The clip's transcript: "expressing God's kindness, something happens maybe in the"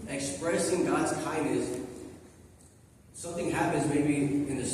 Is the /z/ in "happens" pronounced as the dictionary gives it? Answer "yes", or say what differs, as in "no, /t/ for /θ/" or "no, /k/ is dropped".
yes